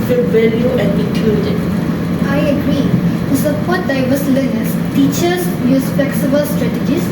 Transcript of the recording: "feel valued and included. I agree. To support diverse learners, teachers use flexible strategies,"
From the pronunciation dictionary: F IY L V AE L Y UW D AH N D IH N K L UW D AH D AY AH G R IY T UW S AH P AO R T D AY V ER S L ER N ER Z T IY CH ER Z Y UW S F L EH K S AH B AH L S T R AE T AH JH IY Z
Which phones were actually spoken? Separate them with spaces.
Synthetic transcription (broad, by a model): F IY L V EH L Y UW AH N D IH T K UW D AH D AY AH G R IY T UW S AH P AO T D AY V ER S L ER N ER S T IY CH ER S Y UW S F L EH K S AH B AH L S T R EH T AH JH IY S